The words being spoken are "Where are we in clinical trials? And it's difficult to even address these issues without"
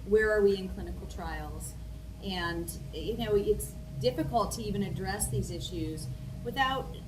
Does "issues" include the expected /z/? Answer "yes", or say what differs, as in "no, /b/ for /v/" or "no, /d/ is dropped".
yes